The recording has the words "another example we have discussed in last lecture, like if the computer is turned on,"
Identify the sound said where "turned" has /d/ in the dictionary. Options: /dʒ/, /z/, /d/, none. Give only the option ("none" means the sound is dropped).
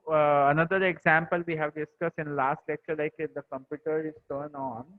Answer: none